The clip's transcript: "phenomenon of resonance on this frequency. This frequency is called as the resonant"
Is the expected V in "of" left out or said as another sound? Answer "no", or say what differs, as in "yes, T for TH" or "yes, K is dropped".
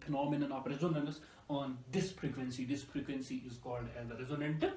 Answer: yes, P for V